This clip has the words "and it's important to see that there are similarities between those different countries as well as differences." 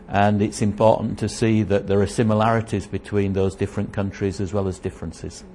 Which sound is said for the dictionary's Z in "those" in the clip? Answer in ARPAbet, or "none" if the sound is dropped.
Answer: Z